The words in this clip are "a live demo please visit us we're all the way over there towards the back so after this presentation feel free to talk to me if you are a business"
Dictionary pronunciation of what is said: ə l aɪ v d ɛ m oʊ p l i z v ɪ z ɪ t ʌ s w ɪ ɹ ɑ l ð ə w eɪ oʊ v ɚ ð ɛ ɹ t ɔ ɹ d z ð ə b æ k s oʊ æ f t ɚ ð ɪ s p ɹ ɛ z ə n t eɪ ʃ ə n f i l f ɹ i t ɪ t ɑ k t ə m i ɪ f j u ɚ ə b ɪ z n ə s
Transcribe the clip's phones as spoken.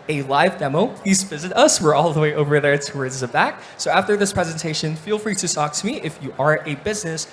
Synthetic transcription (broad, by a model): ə l aɪ v d ɛ m oʊ p l i z v ɪ z ɪ t ʌ s w ɪ ɹ ɑ l ð ə w eɪ oʊ v ɚ ð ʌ ɹ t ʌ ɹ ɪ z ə b æ k s oʊ æ f t ɚ ð ɪ s p ɹ ɛ z ə n t eɪ ʃ ə n f i l f ɹ i t ɪ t ɑ k t ə m i ɪ f j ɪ ɚ ə b ɪ z n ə s